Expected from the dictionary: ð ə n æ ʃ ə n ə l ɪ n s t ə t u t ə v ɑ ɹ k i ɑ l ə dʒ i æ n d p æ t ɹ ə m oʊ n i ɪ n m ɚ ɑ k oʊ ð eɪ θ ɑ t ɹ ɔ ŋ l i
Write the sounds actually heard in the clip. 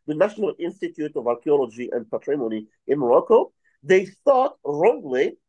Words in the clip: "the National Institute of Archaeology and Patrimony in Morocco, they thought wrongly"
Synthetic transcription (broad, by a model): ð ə n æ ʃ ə n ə l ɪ n s t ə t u t ə v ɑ ɹ k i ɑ l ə dʒ i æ n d p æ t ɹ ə m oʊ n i ɪ n m ɚ ɑ k oʊ ð eɪ θ ɑ t ɹ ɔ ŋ l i